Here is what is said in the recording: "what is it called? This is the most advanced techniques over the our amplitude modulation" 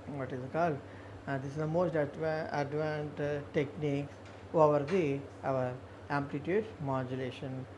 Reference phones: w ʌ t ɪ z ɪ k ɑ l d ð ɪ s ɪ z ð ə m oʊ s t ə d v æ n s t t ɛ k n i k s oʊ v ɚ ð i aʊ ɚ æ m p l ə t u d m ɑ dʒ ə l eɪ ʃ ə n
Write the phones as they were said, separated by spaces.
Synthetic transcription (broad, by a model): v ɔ t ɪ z k ɑ l d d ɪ s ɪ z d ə m oʊ s t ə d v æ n t t ɛ k n i k s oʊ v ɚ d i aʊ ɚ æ m p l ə t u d m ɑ dʒ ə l eɪ ʃ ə n